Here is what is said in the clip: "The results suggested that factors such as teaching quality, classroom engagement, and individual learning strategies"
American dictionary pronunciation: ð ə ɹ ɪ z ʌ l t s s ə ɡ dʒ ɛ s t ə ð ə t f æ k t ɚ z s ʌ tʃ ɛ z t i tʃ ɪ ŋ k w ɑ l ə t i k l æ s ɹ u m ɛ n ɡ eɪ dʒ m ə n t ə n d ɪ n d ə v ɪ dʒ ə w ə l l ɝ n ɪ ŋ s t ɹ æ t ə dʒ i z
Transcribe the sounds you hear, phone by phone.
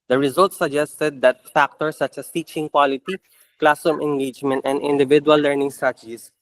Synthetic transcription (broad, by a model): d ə ɹ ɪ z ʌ l t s s ə ɡ dʒ ɛ s t ə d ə t f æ k t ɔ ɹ s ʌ tʃ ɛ s t i tʃ ɪ ŋ k w ɑ l ə t i k l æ s u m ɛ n ɡ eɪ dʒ m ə n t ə n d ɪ n d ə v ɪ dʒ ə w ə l l ɝ n ɪ ŋ s t ɹ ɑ t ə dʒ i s